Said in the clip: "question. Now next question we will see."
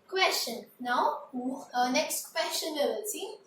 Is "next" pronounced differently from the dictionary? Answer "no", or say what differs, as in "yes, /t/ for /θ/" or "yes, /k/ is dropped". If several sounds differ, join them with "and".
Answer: no